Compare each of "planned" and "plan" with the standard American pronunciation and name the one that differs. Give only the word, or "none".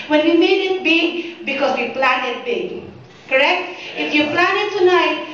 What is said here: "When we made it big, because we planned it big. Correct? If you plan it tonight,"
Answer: planned